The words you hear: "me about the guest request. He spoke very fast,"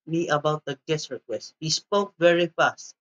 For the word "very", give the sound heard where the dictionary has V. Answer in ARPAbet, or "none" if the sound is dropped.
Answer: V